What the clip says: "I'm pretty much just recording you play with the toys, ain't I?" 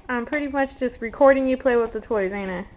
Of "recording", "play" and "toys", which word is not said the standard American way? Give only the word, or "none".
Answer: none